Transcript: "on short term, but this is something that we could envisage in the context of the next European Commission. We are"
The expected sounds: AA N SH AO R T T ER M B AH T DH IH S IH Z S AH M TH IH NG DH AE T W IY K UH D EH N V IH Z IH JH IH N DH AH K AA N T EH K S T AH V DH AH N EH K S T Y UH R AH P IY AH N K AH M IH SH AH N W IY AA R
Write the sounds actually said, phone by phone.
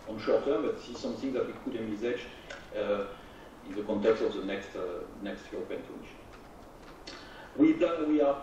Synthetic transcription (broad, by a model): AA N SH AO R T T ER M B AH T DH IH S IH Z S AH M TH IH NG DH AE T W IY K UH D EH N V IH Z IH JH IH N DH AH K AA N T EH K S T AH V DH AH N EH K S T Y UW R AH P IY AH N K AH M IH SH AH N W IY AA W